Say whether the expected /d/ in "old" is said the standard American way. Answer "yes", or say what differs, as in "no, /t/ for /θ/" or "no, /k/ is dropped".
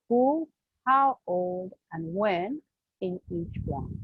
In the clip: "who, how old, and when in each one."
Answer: yes